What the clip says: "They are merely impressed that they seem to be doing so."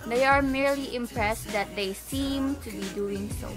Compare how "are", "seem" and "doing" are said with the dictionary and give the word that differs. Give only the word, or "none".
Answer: none